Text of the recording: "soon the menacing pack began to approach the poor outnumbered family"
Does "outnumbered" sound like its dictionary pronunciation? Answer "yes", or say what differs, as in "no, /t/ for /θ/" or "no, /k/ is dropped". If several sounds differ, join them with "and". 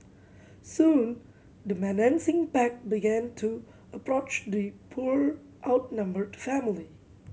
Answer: yes